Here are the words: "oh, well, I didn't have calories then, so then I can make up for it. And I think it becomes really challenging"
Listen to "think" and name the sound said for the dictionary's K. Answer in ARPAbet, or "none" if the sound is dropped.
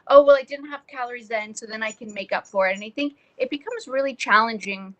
K